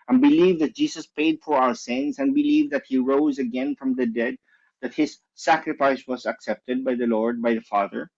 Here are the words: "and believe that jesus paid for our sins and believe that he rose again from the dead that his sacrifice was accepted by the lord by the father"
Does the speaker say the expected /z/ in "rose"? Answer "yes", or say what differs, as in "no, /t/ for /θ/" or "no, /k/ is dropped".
yes